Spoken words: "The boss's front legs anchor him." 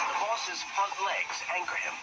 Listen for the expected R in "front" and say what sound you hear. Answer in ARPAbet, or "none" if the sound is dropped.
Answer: none